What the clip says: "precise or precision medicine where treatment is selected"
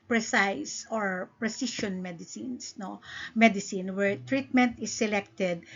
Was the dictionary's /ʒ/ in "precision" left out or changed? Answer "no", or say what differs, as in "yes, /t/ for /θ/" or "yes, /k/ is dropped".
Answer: yes, /s/ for /ʒ/